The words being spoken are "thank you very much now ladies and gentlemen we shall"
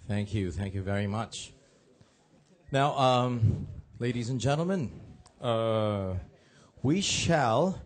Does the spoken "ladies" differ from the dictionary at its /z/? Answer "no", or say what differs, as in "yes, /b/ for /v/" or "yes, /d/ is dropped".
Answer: no